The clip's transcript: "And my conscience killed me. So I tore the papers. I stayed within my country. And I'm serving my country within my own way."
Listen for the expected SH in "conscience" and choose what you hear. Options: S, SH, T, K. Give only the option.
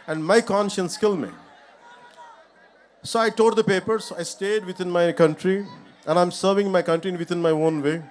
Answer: SH